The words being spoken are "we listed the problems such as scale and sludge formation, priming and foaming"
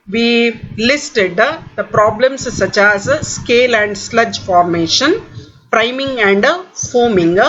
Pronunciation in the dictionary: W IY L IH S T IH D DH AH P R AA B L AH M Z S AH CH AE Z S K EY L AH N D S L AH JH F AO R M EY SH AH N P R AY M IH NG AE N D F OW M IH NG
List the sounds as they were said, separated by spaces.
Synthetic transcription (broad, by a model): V IY L IH S T IH D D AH P R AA B L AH M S S AH CH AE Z S K EY L AH N D S L AH JH F AO R M EY SH AH N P R AY M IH NG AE N D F OW M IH NG